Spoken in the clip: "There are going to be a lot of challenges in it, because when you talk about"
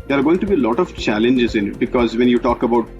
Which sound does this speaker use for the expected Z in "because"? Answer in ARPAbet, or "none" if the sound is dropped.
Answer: Z